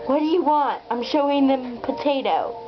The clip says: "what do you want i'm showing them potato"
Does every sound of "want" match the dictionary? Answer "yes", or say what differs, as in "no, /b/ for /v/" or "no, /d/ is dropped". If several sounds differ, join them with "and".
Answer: yes